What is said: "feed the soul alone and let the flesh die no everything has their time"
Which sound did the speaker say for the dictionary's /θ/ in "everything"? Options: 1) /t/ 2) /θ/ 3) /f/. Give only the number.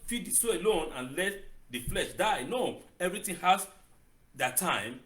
1